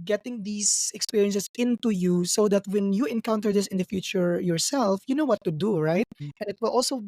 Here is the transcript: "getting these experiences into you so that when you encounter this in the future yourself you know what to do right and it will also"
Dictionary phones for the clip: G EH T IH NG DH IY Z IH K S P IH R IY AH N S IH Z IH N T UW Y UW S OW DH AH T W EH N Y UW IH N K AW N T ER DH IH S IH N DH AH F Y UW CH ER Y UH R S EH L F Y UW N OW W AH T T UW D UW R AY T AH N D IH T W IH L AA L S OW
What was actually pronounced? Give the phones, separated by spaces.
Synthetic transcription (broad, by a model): G EH T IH NG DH IY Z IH K S P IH R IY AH N S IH S IH N T UW Y UW S OW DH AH T W EH N Y UW IH N K AW N T ER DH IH S IH N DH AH F Y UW CH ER Y UH R S EH L F Y UW N OW W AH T T UW D UW R AY T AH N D IH T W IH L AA L S OW